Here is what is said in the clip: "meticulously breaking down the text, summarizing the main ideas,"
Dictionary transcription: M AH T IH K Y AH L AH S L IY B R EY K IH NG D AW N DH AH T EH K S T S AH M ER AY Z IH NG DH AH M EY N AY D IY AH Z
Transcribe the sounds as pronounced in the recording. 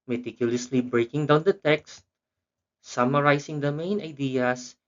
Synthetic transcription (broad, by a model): M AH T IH K Y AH L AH S L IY B R EY K IH NG D AW N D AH T EH K S T S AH M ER AY S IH NG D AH M EY N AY D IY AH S